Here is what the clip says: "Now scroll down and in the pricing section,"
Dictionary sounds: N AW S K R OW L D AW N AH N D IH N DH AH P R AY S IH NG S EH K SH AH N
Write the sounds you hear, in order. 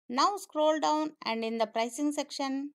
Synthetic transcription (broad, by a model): N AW S K R OW L D AW N AH N D IH N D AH P R AY S IH NG S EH K SH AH N